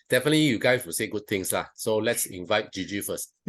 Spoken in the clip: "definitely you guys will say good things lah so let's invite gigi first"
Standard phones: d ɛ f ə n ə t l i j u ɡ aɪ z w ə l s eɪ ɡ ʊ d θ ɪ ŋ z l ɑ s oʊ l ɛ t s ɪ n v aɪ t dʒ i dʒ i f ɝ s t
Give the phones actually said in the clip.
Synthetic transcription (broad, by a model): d ɛ f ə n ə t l i j u ɡ aɪ s w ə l s eɪ ɡ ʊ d t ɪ ŋ s l ɑ s oʊ l ɛ t s ɪ n v aɪ t dʒ i dʒ i f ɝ s t